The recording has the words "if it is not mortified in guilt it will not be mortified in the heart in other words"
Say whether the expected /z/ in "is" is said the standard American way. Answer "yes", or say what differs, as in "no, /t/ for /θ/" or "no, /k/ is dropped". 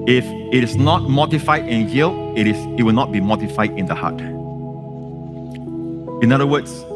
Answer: no, /s/ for /z/